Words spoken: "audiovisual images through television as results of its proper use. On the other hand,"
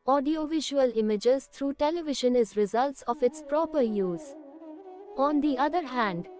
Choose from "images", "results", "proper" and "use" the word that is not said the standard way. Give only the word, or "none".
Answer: none